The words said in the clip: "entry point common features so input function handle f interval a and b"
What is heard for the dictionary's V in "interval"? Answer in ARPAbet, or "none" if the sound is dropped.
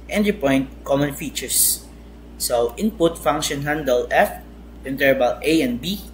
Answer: B